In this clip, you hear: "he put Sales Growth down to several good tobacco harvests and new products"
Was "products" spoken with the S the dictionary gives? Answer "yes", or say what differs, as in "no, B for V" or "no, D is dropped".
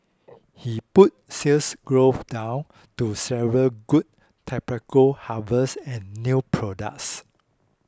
yes